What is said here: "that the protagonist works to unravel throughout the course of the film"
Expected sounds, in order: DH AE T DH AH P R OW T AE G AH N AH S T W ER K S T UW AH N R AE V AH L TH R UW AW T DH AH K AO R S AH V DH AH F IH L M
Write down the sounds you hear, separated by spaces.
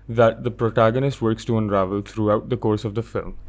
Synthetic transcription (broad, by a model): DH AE T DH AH P R OW T AE G AH N AH S T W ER K S T UW AH N R AE V AH L T R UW AW T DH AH K AO R S AH V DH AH F IH L M